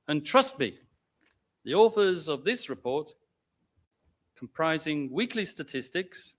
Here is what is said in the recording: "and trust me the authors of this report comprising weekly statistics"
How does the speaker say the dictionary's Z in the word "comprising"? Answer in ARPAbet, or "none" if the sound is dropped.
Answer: Z